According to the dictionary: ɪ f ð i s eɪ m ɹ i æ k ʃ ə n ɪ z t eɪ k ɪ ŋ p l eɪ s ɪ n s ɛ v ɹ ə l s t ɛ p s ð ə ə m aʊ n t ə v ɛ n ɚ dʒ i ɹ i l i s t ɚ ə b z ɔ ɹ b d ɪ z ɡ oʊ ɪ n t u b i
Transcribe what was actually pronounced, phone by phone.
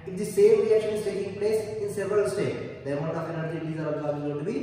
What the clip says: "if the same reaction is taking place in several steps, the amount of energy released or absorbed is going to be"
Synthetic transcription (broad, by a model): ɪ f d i s eɪ m ɹ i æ k ʃ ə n ɪ z t eɪ k ɪ ŋ p l eɪ s ɪ n s ɛ v ɹ ə l s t ɛ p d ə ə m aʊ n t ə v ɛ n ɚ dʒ i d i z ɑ t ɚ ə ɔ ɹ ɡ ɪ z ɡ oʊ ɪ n t u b i